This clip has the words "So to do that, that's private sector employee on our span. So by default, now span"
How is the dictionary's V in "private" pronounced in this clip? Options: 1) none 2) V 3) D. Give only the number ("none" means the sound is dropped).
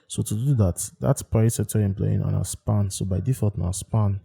1